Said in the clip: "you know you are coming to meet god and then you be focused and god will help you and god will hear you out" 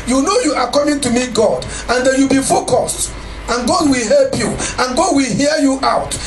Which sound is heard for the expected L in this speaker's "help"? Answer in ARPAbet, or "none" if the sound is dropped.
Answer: L